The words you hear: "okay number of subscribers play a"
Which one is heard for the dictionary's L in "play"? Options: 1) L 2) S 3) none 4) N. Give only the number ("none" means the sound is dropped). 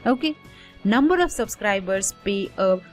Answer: 3